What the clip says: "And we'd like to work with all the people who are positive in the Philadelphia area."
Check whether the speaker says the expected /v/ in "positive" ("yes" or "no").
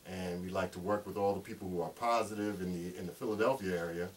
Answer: yes